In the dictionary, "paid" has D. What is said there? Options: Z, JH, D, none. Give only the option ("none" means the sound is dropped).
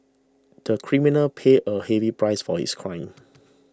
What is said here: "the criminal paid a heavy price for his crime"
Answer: none